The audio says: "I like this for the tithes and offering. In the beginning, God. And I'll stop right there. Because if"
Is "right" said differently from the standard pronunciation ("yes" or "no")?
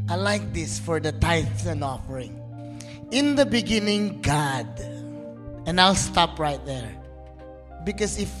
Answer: no